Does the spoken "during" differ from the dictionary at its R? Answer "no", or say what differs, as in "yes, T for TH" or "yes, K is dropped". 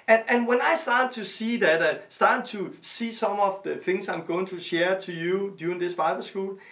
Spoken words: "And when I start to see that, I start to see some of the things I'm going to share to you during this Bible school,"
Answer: yes, R is dropped